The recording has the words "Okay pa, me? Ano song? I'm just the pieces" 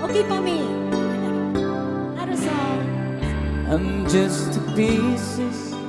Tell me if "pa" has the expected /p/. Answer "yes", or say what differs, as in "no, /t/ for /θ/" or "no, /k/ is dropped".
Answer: no, /f/ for /p/